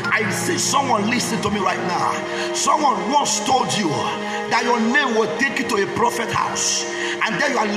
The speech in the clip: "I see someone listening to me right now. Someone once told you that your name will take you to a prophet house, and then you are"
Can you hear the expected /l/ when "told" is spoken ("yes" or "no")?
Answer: yes